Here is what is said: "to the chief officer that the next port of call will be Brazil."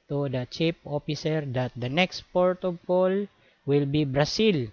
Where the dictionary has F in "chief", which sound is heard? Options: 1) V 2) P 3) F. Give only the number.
2